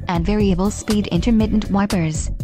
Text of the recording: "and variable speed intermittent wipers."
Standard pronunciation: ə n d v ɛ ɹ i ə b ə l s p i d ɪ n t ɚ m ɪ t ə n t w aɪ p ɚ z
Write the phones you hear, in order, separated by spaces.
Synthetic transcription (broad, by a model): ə n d v ɛ ɹ i ə b ə l s p i d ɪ n t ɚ m ɪ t n t w aɪ p ɚ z